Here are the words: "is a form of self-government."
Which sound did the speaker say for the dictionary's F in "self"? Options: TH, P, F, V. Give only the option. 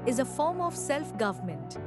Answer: F